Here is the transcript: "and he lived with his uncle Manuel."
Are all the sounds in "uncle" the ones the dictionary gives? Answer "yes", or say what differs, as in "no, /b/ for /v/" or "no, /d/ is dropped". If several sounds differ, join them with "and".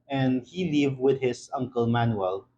yes